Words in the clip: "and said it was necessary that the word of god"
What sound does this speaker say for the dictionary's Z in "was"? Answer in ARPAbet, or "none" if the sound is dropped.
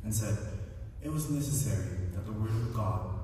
Z